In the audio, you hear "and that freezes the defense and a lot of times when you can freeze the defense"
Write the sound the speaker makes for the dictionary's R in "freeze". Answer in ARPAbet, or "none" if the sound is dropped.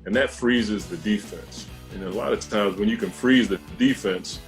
R